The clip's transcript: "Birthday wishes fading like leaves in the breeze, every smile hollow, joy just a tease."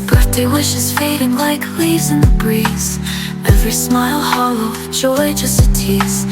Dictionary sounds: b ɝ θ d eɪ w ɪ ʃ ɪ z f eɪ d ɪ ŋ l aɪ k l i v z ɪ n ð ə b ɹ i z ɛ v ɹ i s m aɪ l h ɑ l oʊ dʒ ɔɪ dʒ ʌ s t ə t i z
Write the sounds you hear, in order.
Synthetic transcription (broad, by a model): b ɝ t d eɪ w ɪ ʃ ɪ z f eɪ d ɪ ŋ l aɪ k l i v z ɪ n ð ə b ɹ i z ɛ v ɹ i s m aɪ l h ɑ l oʊ ʃ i dʒ ʌ s t ə t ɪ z